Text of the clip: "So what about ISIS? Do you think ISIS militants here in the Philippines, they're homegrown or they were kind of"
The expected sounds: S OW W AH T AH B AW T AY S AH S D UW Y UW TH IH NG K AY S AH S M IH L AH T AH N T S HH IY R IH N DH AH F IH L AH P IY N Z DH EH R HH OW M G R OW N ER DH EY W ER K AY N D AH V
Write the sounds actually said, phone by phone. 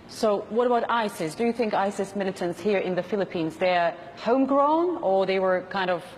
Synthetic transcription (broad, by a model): S OW W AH T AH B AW T AY S AH S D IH Y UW TH IH NG K AY S AH S M IH L AH T AH N T S HH IY R IH N DH AH F IH L AH P IY N Z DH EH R HH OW M G R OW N ER DH EY W ER K AY N D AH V